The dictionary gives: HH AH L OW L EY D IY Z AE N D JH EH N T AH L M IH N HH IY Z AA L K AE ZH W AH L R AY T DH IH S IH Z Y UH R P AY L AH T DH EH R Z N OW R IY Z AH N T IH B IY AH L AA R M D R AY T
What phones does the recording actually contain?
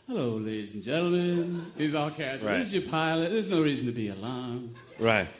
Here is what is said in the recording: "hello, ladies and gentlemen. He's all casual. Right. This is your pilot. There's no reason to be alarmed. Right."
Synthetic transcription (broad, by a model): HH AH L OW L EY D IY Z N JH EH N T L M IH N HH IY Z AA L K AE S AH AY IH IH Z Y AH R P AY L AH T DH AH R Z N OW R IY Z N T IH B IY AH L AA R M R AY T